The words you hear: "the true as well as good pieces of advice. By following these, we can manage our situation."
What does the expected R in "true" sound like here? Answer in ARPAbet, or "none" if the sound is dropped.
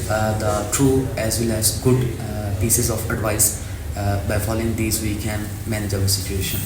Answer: R